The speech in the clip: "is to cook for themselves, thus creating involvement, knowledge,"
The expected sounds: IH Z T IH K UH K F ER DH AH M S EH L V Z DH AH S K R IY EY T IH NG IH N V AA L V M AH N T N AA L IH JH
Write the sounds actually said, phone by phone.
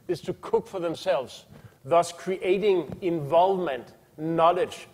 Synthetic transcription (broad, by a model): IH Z T IH K UH K F ER DH AH M S EH L V Z DH AH S K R IY EY T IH NG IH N V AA L V M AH N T N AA L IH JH